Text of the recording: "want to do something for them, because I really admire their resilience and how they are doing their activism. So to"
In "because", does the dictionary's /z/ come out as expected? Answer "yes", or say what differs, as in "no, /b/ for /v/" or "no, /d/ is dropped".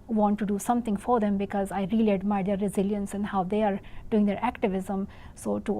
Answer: yes